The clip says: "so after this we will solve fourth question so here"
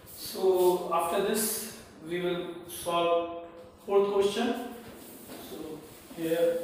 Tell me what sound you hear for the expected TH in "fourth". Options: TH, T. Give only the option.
T